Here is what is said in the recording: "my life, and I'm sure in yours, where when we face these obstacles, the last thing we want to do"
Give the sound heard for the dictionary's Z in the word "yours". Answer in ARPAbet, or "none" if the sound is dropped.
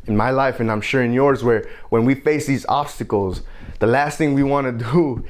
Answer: Z